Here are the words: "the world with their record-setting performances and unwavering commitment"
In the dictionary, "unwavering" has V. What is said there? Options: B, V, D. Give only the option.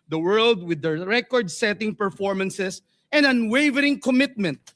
V